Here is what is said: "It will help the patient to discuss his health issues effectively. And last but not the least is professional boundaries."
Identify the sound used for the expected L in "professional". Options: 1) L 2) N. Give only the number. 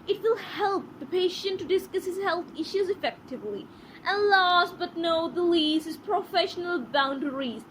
1